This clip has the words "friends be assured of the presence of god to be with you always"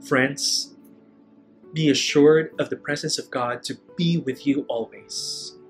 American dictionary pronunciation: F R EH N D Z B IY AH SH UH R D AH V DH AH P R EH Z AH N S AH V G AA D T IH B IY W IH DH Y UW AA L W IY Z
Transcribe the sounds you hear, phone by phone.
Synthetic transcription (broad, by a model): F R EH N D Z B IY AH SH UH R D AH V DH AH P R EH Z AH N S AH V G AA D T IH B IY W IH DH Y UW AA L W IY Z